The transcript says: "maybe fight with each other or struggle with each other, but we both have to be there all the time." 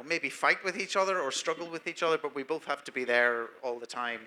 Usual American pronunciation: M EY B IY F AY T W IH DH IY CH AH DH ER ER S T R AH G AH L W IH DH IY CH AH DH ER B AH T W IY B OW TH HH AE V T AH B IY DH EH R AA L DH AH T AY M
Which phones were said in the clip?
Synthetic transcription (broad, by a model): M EY B IY F AY T W IH DH IY CH AH DH ER ER S T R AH G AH L W IH DH IY CH AH DH ER B AH T W IY B OW TH HH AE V T AH B IY DH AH R AA L DH AH T AY M